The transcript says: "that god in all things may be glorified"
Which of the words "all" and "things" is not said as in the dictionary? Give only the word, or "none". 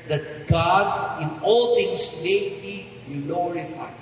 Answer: things